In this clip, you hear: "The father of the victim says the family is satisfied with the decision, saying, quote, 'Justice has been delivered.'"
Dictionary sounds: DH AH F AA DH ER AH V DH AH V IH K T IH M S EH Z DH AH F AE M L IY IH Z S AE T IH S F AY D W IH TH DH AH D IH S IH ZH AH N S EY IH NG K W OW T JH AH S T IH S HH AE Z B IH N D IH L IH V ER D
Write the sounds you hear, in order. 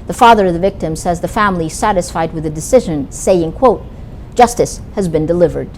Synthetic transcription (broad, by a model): DH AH F AA DH ER AH V DH AH V IH K T IH M S EH Z DH AH F AE M L IY S AE T IH S F AY D W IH DH AH D IH S IH ZH AH N S EY IH NG K W OW T JH AH S T IH S HH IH Z B IH N D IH L IH V ER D